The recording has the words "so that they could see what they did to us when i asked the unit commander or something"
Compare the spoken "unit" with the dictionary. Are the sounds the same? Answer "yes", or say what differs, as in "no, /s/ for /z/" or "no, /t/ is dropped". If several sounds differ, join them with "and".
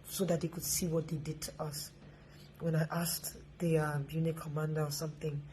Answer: no, /n/ is dropped